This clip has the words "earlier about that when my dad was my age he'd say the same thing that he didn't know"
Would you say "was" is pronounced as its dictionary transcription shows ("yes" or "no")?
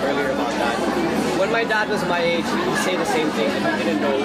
yes